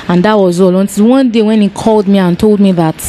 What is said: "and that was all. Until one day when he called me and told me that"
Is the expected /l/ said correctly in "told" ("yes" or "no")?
yes